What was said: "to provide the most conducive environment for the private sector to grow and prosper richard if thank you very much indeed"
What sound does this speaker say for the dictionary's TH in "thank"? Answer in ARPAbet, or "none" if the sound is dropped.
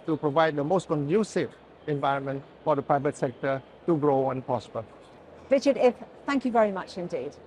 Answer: TH